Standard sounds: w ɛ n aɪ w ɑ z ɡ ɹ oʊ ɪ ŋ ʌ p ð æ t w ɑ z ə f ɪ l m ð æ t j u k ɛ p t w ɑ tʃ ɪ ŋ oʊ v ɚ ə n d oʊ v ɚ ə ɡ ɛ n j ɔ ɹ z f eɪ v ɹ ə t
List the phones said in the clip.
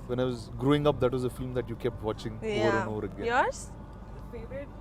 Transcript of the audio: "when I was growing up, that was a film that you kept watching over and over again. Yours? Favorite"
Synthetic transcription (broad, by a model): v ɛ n aɪ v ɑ z ɡ ɹ oʊ ɪ ŋ ʌ p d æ t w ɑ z ə f ɪ l m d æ t j u k ɛ p t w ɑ tʃ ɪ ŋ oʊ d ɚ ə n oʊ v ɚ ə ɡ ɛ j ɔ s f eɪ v ɹ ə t